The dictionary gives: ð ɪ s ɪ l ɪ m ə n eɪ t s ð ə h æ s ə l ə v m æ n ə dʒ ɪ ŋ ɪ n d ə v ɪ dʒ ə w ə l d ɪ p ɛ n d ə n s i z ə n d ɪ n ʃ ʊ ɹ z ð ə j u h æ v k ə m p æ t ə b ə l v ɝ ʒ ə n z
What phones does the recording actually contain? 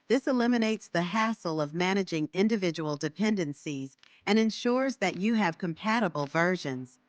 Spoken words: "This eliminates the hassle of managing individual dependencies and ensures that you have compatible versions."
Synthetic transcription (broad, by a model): ð ɪ s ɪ l ɪ m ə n eɪ t s ð ə h æ s l ə v m æ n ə dʒ ɪ ŋ ɪ n d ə v ɪ dʒ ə w l d ɪ p ɛ n d ə n s i z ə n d ɪ n ʃ ʊ ɹ z ð ə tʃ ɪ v k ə m p æ t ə b l v ɝ ʒ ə n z